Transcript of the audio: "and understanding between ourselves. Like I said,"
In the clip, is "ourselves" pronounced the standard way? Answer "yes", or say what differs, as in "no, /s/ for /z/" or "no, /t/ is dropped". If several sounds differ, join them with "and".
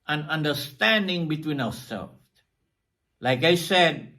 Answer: no, /w/ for /ɹ/